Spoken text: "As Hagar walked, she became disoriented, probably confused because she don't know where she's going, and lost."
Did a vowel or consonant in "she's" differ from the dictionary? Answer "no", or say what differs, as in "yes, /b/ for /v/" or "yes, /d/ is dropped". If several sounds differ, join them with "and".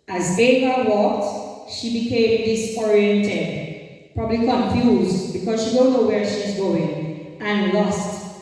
no